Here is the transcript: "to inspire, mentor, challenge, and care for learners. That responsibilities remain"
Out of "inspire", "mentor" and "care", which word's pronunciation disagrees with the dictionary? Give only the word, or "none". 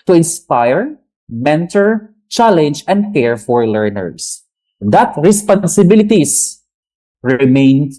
none